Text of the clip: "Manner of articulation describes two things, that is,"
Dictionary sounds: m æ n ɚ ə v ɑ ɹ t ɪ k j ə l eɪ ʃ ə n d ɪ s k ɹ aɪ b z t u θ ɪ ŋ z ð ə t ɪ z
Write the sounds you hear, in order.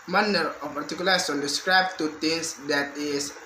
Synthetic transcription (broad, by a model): m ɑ n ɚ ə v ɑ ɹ t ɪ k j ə l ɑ s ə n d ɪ s k ɹ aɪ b t u t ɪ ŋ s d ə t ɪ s